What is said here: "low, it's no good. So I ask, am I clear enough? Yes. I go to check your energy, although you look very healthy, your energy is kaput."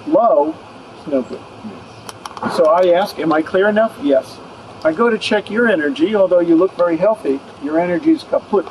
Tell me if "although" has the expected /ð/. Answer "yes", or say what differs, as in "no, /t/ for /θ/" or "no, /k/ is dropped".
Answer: yes